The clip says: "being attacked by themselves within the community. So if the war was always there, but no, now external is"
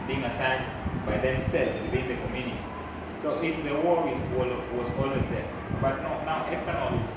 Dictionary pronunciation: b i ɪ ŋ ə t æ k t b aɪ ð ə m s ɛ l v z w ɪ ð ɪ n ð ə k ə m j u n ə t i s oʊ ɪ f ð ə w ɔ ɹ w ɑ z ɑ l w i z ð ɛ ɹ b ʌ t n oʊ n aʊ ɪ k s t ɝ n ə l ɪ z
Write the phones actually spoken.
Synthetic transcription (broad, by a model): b i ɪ ŋ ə t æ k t b aɪ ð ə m s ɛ l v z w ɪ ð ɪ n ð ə k ə m j u n ə t i s oʊ ɪ f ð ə w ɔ w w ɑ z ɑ l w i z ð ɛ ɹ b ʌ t n oʊ n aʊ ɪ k s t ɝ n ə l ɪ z